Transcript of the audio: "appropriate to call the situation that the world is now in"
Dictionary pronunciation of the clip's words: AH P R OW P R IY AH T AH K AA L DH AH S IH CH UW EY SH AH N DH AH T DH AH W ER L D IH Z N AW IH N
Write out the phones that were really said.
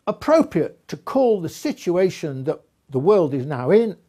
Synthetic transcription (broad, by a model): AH P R OW P R IY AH T AH K AA L DH AH S IH CH UW EY SH AH N DH AH T DH AH W ER L D IH Z N AW IH N